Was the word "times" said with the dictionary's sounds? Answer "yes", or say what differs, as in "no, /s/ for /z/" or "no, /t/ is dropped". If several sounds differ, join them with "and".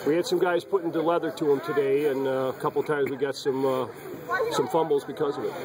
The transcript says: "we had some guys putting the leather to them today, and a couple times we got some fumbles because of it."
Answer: yes